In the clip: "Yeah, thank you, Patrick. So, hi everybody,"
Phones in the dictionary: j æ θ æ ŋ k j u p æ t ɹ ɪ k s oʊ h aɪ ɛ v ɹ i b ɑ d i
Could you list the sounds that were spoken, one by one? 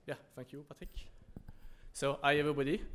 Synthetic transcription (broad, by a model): j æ f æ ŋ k j u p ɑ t ɪ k s oʊ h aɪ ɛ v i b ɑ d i